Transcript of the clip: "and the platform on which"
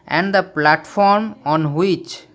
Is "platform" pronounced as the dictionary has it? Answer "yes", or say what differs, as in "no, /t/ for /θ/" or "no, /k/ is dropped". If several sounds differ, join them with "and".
yes